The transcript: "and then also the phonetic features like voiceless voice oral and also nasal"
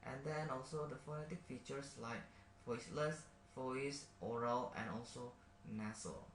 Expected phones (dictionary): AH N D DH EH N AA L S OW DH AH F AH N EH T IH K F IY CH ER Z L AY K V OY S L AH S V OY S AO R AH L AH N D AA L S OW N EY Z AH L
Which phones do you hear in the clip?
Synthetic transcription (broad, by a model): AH N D EH N AA L S OW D AH F AH N EH T IH K F IY CH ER S L AY K F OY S L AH S F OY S AO R AH L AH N AA L S OW N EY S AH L